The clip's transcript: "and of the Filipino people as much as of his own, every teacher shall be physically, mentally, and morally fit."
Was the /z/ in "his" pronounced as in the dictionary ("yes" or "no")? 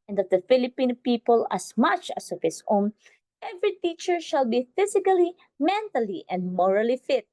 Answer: no